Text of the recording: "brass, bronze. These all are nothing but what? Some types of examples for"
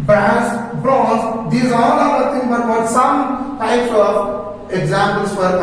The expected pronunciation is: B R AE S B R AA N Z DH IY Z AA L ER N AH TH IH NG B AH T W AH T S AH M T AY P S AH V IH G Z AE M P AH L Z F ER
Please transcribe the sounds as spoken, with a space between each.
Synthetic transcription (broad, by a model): B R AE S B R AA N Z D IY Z AA L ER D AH T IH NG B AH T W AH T S AH M T AY P S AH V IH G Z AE M P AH L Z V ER